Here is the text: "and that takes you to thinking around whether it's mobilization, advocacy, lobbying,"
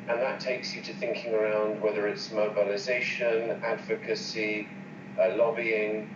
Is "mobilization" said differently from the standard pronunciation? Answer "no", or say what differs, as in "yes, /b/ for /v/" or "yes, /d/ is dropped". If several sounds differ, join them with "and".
no